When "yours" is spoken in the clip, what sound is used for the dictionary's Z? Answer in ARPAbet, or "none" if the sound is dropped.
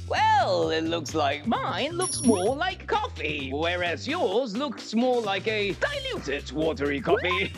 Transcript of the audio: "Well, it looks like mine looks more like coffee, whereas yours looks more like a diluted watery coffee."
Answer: Z